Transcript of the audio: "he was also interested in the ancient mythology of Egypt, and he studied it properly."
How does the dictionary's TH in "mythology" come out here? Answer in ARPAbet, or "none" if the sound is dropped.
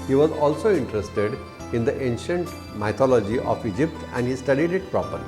T